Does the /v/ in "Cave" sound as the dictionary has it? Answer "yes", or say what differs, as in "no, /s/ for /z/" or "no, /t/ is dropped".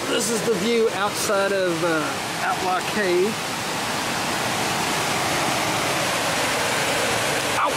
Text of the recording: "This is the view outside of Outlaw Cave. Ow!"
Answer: no, /v/ is dropped